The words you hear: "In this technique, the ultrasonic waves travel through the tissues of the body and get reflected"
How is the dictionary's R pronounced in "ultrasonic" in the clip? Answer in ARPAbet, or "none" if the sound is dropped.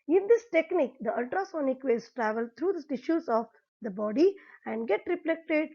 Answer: R